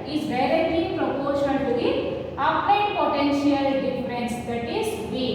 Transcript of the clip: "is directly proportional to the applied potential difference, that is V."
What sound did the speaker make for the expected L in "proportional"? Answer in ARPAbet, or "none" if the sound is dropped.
N